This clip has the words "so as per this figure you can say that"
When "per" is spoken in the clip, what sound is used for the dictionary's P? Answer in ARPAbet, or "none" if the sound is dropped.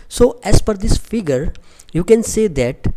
F